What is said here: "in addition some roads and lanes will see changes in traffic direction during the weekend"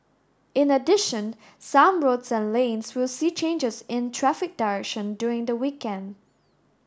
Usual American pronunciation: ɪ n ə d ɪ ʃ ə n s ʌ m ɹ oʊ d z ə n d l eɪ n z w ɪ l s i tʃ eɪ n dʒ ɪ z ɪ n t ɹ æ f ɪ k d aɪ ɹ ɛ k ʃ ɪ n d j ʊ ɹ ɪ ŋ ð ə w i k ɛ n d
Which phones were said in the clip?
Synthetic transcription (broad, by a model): ɪ n ə d ɪ ʃ ə n s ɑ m ɹ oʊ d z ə n l eɪ n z w ɪ l s i tʃ eɪ n dʒ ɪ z ɪ n t ɹ æ f ɪ k d aɪ ɹ ɛ k ʃ ɪ n d j ʊ ɹ ɪ ŋ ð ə w i k ɛ n d